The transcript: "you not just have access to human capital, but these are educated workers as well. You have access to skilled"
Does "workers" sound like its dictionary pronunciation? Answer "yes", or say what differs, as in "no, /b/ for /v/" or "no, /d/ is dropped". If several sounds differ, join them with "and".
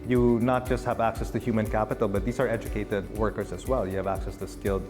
no, /s/ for /z/